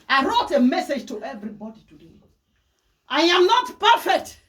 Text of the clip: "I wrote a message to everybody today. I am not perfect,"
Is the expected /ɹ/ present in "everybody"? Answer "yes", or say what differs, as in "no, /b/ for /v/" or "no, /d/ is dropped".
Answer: yes